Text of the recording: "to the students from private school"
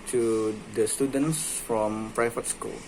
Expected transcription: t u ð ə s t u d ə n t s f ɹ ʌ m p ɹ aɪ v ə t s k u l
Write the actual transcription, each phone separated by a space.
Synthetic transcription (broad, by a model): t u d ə s t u d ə n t s f ɹ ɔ m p ɹ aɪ f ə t s k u l